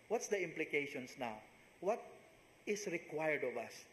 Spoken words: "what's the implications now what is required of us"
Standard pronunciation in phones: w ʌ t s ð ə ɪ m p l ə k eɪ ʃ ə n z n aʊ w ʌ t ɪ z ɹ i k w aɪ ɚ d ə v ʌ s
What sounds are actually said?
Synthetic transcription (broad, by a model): w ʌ t s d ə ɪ m p l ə k eɪ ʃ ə n s n aʊ w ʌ t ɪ s ɹ i k w aɪ ɚ d ə v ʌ s